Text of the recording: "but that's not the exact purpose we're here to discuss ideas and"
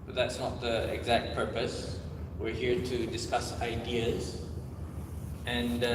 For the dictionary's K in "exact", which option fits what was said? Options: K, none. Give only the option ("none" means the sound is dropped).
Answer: K